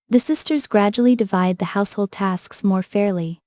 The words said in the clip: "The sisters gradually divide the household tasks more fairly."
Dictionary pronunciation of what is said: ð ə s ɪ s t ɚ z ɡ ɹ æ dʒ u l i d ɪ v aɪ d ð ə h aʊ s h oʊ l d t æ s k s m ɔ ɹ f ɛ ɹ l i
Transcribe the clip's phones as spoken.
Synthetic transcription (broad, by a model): ð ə s ɪ s t ɚ z ɡ ɹ æ dʒ u l i d ɪ v aɪ d ð ə h aʊ s h oʊ l d t æ s k s m ɔ ɹ f ɛ ɹ l i